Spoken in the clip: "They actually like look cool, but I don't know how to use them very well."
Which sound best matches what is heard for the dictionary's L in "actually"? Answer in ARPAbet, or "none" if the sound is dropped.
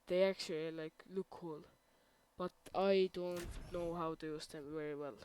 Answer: L